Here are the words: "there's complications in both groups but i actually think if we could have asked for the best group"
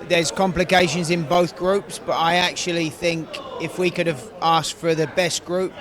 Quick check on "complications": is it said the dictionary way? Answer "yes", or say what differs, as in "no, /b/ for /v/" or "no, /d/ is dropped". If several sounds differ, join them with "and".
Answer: yes